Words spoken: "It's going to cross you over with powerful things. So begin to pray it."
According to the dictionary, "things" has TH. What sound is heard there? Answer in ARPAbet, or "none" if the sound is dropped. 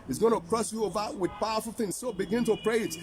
TH